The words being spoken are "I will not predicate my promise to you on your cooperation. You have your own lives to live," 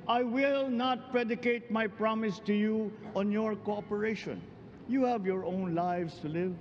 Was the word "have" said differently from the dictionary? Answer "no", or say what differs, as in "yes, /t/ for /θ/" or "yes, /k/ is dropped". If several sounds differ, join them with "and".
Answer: no